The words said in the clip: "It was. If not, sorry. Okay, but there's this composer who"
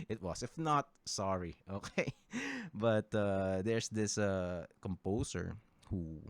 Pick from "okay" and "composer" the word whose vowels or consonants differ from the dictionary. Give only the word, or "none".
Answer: composer